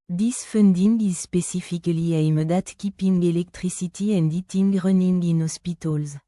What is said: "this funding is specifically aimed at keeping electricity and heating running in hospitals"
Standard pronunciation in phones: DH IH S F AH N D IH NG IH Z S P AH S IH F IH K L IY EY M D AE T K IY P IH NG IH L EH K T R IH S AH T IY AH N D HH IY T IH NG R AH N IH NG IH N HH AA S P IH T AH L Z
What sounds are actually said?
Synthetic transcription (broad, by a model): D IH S F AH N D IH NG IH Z S P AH S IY F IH K L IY EY M D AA T K IY P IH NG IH L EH K T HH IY S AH T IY AH N D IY T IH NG R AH N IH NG IH N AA S P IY T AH L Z